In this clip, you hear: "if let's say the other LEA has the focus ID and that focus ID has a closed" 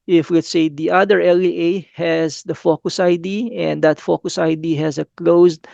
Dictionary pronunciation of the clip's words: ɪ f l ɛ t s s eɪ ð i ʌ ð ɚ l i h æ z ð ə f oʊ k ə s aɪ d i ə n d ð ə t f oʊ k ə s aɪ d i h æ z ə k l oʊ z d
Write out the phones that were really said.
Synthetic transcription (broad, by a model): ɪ f w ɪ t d s eɪ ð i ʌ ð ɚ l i h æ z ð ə f oʊ k ə s aɪ d i ə n d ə t f oʊ k ə s aɪ d i h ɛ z ə k l oʊ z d